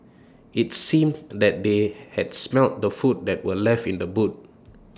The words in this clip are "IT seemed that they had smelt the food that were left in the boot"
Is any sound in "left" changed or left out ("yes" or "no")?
no